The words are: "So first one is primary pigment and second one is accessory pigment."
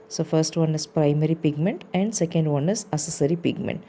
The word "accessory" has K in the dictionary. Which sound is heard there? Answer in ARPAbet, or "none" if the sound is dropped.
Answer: none